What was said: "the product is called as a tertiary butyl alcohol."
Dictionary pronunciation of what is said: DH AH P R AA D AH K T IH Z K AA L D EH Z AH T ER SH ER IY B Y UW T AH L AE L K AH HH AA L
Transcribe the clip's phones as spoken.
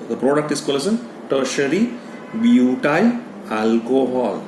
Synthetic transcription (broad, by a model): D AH P R AA D AH K T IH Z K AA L EH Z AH T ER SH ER IY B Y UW T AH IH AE L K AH HH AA L